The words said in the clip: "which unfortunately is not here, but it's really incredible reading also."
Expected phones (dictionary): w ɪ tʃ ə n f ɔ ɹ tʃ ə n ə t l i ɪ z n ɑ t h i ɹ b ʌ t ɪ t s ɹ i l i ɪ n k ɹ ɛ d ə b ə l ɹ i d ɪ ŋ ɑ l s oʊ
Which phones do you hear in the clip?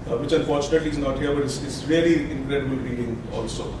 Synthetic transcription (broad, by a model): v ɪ tʃ ə n f ɔ ɹ tʃ ə n ə t l i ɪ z n ɑ t h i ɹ b ʌ t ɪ s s ɹ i l i ɪ n k ɹ ɛ d ə b ə l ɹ i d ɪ ŋ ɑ l s oʊ